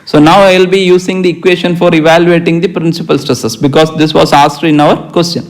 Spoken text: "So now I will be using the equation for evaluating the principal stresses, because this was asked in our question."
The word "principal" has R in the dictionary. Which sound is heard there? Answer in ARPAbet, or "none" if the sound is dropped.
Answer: R